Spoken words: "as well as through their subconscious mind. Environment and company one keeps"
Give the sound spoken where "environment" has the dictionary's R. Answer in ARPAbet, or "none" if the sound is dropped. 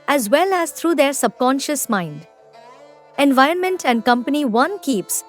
R